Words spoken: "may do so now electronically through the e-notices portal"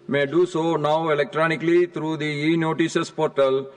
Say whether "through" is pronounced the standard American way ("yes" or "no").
no